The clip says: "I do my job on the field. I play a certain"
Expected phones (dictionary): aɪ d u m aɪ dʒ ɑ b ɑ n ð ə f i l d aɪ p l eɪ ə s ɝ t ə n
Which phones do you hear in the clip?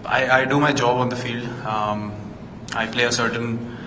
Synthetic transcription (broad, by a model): aɪ d u m aɪ dʒ ɑ b ɑ n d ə f i l d aɪ p l eɪ ə s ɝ t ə n